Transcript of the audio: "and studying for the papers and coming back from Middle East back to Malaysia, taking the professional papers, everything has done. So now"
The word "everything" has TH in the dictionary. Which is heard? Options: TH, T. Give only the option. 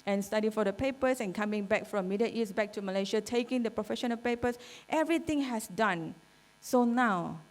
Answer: T